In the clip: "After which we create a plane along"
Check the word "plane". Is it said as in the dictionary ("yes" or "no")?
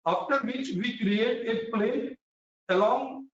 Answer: no